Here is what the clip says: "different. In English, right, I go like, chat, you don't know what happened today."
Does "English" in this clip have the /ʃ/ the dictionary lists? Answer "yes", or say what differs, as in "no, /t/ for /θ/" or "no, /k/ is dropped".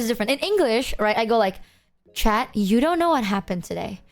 yes